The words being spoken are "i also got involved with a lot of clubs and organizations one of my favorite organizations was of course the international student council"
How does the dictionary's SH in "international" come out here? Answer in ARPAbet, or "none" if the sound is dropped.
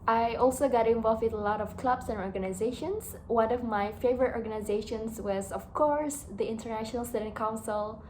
SH